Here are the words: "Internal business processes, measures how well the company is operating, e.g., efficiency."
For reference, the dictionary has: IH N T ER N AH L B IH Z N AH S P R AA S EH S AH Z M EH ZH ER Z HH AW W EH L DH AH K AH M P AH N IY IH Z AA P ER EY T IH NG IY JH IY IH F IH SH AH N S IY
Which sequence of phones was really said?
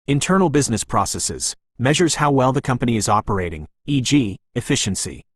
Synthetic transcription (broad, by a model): IH N T ER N L B IH Z N AH S P R AA S EH S AH Z M EH ZH ER Z HH AW W EH L DH AH K AH M P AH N IY IH Z AA P ER EY T IH NG IY JH IY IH F IH SH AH N S IY